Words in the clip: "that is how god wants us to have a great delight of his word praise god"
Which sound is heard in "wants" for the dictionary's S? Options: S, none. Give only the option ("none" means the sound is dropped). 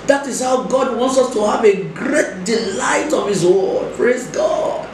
S